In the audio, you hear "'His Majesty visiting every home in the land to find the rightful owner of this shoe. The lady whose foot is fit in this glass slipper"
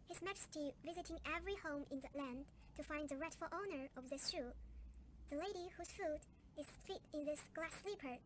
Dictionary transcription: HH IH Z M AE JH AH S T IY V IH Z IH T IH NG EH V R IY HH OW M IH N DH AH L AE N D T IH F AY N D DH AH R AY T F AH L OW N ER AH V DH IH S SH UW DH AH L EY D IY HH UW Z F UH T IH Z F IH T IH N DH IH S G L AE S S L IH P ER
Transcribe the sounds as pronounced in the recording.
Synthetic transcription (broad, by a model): HH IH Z M AE JH AH S T IY V IH Z IH T IH NG EH V R IY HH OW M IH N DH AH L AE N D T IH F AY N D DH AH R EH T F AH L OW N ER AH V DH IH S SH UW DH AH L EY D IY HH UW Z F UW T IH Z F IH T IH N DH IH S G L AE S S L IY P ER